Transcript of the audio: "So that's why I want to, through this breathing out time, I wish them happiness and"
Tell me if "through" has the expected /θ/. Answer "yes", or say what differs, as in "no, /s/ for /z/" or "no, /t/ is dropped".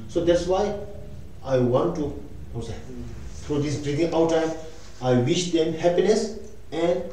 no, /t/ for /θ/